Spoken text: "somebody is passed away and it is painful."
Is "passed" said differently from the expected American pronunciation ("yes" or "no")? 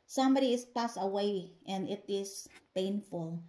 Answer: yes